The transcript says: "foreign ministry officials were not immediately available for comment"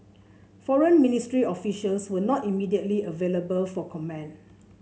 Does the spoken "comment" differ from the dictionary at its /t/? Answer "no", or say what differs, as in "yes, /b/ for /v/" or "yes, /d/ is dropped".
yes, /t/ is dropped